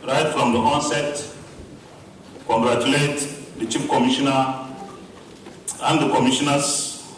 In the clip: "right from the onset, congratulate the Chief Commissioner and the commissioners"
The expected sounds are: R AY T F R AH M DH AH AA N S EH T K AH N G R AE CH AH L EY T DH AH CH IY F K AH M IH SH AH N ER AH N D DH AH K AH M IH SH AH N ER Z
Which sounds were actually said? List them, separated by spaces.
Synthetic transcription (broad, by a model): R AY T F R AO M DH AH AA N S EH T K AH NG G R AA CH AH L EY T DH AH CH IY P K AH M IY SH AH N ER AH N D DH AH K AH M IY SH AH N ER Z